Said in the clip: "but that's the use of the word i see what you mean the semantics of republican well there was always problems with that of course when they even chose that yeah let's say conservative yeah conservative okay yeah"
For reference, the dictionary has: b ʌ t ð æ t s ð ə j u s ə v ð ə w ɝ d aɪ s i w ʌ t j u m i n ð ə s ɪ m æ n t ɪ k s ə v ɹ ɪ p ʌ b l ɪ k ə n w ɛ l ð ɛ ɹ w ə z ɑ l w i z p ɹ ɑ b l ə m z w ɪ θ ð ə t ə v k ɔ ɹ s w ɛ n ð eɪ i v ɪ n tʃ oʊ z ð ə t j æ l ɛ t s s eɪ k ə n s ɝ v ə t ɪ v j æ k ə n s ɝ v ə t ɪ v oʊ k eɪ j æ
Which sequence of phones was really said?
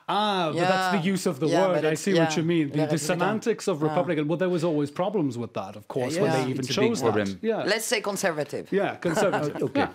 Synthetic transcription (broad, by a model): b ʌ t ð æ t s ð ə j u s ə v ð ə w ɝ d aɪ s i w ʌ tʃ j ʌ m i n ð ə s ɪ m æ n t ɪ k s ə v ɹ ɪ p ʌ b l ɪ k ə n w ɛ l ð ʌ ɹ w ə z ɑ l w i z p ɹ ɑ b l ə m z w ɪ ð ə t ə v k ɔ ɹ s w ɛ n ð eɪ i v ɪ n tʃ oʊ z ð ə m j æ l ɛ t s s eɪ k ə n s ɝ v ə t ɪ v j æ k ə n s ɝ v ə t ɪ v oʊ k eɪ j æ